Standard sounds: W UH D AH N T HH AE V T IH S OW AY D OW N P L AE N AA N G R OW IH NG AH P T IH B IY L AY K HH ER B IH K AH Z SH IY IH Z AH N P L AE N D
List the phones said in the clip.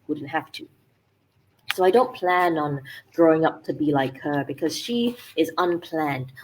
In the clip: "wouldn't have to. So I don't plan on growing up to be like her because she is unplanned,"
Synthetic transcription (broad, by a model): W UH D N T HH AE F T IH S OW AY D OW N P L AE N N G R OW IH NG AH P T IH B IY L AY K HH ER B IH K AH Z SH IY IH Z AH N P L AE N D